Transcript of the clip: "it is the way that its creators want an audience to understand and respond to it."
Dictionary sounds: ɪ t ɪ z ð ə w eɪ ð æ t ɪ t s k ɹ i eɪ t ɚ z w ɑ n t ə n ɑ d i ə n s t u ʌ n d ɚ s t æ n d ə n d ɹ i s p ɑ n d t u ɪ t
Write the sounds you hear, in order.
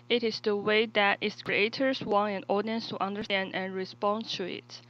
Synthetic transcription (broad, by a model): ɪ t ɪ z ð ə w eɪ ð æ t ɪ t s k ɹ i eɪ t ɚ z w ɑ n ə n ɑ d i ə n s t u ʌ n d ɚ s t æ n d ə n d ɹ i s p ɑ n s t u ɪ t